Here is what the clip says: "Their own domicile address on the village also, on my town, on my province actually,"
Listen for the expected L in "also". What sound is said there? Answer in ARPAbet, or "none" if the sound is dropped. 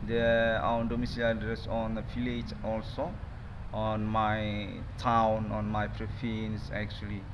L